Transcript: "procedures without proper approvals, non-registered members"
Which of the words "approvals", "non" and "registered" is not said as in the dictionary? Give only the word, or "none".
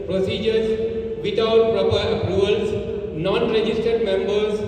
approvals